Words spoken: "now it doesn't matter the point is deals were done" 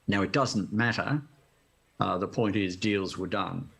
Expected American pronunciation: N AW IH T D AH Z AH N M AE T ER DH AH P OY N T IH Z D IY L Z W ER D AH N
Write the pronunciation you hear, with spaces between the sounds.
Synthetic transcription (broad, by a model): N AW IH T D AH Z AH N M AE T ER DH AH P OY N T IH Z D IY L Z W ER D AH N